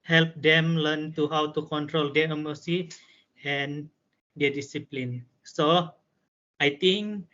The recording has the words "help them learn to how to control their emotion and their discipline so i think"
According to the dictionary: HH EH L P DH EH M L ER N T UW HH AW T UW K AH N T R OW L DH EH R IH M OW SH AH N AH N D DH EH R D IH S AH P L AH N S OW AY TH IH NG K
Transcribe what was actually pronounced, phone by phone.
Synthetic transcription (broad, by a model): HH EH L P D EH M L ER N T UW HH AW T UW K AH N T R OW L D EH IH M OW S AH AH N D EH D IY S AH P L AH N S OW AY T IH NG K